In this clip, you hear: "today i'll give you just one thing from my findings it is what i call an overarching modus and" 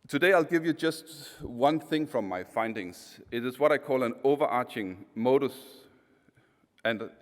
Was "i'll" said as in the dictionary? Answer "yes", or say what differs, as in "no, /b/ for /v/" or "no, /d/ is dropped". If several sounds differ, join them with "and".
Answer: yes